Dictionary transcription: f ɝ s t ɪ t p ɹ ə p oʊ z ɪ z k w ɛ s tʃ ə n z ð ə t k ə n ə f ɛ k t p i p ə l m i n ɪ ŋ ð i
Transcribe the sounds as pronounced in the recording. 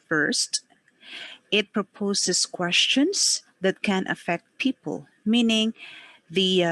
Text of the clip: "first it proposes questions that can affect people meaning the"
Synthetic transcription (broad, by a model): f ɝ s t ɪ t p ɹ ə p oʊ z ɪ s k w ɛ s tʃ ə n s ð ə t k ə n ə f ɛ k t p i p ə l m i n ɪ ŋ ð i